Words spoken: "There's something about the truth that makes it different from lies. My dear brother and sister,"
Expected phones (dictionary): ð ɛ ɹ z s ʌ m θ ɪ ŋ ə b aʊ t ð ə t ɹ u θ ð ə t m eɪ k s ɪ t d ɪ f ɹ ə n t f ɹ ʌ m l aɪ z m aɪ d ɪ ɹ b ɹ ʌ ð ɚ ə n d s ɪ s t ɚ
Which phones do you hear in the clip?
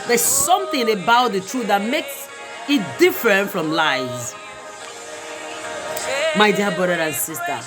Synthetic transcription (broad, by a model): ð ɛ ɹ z s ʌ m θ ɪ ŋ ə b aʊ t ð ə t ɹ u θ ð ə t m eɪ k s ɪ t d ɪ f ɹ ə n t f ɹ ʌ m l aɪ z m aɪ d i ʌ b ɹ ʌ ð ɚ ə n s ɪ s t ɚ